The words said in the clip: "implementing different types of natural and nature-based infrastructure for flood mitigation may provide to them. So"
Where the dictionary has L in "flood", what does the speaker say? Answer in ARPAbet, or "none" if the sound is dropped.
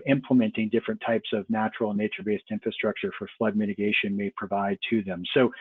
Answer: L